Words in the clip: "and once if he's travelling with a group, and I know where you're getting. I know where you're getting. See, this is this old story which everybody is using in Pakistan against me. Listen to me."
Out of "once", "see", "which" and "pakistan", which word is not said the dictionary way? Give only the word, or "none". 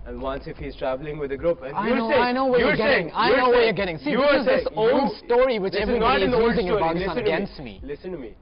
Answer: pakistan